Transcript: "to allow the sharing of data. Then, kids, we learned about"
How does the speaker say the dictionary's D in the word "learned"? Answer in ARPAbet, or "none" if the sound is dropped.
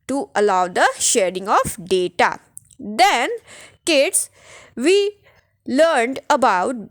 D